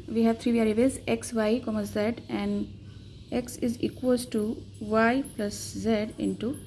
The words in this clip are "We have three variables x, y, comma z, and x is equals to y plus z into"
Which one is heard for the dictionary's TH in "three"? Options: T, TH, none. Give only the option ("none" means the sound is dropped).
T